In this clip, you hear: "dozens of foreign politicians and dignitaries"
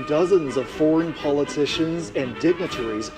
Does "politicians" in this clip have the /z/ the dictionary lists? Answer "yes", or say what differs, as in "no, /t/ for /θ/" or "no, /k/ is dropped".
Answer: yes